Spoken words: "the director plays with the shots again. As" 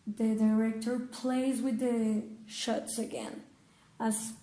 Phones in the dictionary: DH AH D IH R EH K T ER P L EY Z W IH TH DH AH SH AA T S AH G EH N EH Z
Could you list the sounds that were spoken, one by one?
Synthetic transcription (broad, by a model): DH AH D IH R EH K T ER P L EY Z W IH DH AH SH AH T S AH G EH N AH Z